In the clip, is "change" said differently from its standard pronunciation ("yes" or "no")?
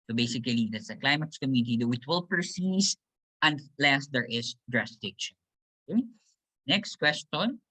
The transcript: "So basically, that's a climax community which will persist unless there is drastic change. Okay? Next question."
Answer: yes